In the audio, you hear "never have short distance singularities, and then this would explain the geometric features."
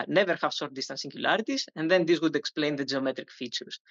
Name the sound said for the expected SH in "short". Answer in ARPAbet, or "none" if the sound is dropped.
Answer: S